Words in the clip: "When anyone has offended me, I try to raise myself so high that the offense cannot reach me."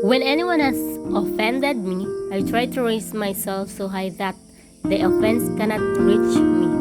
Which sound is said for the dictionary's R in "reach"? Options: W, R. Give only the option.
W